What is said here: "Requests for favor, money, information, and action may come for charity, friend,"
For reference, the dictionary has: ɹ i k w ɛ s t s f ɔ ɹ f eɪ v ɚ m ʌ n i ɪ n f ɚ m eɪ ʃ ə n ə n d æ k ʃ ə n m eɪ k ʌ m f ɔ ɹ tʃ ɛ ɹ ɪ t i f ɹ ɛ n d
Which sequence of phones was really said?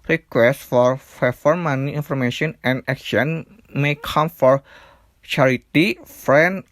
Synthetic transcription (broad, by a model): ɹ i k w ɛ s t f ɔ ɹ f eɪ f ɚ m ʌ n i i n f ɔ m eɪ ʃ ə n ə n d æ k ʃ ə n m eɪ k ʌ m f ɔ ɹ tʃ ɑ ɹ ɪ t i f ɹ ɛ n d